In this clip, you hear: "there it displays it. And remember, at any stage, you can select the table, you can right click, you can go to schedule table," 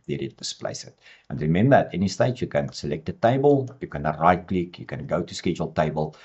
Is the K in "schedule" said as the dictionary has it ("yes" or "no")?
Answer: yes